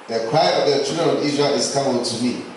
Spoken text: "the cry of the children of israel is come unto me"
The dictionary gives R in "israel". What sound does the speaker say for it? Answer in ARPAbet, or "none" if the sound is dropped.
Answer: none